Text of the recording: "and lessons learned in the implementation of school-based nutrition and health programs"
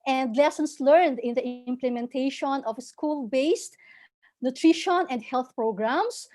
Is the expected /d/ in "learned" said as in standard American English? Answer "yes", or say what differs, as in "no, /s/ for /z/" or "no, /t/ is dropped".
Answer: yes